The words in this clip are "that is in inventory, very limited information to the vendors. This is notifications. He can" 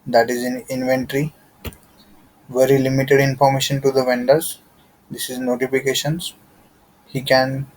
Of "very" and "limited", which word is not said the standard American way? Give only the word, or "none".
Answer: none